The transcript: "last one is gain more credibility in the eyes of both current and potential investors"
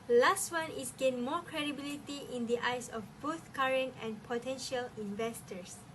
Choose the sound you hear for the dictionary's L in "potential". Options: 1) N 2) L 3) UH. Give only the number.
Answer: 2